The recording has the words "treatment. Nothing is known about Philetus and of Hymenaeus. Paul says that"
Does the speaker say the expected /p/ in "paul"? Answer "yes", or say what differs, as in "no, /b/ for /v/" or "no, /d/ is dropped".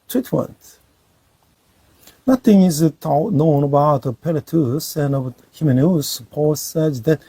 yes